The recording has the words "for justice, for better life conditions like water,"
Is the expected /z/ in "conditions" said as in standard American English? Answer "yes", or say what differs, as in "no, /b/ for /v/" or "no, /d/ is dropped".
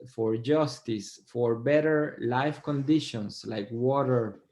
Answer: no, /s/ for /z/